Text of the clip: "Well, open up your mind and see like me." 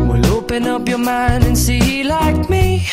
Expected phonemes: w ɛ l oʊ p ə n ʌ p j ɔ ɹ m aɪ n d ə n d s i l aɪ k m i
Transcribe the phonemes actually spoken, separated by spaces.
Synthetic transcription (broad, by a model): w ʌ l oʊ p ə n ʌ p j ɔ ɹ m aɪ n ə n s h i l aɪ k m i